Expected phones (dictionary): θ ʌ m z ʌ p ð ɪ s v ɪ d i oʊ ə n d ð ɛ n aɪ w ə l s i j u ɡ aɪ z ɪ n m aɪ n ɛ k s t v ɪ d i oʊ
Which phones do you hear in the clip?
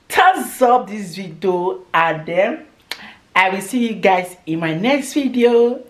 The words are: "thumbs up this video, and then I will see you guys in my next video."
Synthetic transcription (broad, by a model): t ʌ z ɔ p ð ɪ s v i d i oʊ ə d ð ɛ aɪ w ə l s i j u ɡ aɪ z ɪ n m aɪ n ɛ k s t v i d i oʊ